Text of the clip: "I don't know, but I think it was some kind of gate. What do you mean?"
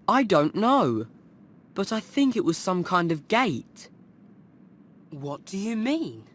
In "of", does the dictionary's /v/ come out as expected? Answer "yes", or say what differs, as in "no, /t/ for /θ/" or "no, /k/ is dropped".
yes